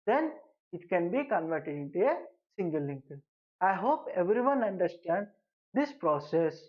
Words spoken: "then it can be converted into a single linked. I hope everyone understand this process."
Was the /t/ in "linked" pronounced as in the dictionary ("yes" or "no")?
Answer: no